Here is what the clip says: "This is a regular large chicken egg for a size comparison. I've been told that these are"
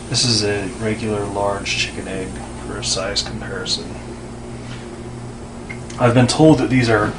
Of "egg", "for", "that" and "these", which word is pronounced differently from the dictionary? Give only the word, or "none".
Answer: none